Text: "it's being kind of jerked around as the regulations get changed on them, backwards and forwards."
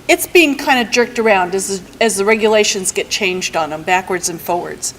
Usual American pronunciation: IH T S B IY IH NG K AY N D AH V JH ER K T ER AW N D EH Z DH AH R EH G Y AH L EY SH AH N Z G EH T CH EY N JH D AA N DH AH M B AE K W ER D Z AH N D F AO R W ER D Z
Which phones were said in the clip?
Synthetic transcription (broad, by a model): IH T S B IY IH NG K AY N D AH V JH ER K T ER AW N D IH Z DH AH R EH G Y AH L EY SH AH N Z G EH T CH EY N JH D N DH AH M B AE K W ER D Z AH N F AO R W ER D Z